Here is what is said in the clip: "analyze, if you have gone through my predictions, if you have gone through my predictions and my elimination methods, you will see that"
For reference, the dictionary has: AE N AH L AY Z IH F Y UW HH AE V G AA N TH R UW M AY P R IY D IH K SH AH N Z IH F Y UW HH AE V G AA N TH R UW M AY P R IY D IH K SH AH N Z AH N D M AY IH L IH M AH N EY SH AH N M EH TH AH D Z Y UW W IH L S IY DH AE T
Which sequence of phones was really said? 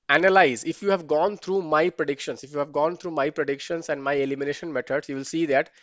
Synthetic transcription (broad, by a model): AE N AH L AY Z IH F Y UW HH AE V G AA N T R UW M AY P R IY D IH K SH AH N S IH F Y UW HH AE V G AA N T R UW M AY P R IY D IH K SH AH N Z AH N D M AY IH L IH M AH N EY SH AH N M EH T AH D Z Y UW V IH L S IY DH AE T